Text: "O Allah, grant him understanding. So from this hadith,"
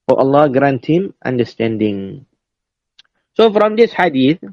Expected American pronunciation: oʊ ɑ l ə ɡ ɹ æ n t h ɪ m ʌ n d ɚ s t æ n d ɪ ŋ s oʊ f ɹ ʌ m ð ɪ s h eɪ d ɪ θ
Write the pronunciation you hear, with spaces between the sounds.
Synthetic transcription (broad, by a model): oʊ ɑ l ə ɡ ɹ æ n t h ɪ m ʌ n d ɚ s t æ n d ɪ ŋ s oʊ f ɹ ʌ m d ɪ s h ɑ d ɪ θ